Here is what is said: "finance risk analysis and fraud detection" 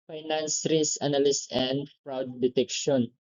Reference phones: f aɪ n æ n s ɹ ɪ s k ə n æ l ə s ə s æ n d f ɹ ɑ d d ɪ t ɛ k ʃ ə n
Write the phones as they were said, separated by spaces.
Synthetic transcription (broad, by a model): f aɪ n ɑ n s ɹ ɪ s ə n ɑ l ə s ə n d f ɹ ɑ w d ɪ t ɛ k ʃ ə n